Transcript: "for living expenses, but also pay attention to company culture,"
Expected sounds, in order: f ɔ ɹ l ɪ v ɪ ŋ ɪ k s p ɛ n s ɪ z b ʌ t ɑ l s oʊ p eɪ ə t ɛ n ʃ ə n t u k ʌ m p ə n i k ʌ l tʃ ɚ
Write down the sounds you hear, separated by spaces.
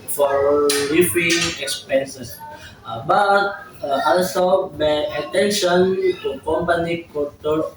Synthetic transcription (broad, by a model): f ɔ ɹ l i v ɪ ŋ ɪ k s p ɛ n s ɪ s b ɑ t ɑ l s oʊ b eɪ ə t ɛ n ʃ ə n t u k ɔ m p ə n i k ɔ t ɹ